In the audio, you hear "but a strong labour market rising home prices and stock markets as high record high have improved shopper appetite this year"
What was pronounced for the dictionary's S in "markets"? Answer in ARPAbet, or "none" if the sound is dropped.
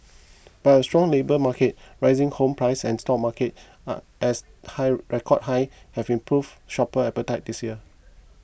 none